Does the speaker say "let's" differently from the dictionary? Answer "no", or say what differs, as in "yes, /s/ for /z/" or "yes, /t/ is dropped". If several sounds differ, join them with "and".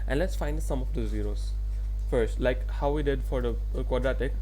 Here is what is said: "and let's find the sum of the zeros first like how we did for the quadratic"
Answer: no